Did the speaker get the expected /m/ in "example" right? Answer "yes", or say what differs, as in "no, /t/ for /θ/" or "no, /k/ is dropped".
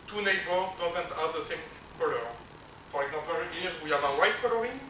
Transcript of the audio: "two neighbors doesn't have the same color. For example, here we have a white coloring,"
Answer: no, /m/ is dropped